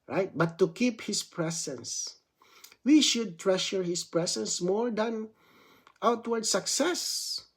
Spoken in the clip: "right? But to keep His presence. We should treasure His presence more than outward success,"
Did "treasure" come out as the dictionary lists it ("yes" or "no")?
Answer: no